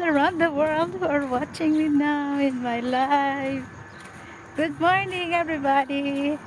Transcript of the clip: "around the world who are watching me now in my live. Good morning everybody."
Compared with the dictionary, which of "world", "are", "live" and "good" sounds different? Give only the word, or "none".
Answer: live